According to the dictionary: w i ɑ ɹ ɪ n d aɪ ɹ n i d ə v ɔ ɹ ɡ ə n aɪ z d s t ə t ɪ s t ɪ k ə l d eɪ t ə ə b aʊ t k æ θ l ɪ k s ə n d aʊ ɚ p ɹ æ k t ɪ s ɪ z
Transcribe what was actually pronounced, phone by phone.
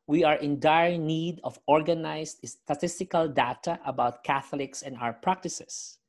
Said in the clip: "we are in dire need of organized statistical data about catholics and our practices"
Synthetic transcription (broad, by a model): w i ɑ ɹ ɪ n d aɪ ɹ n i d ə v ɔ ɹ ɡ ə n aɪ s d s t ə t ɪ s t ɪ k ə l d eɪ t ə ə b aʊ t k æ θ l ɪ k s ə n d aʊ ɚ p ɹ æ k t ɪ s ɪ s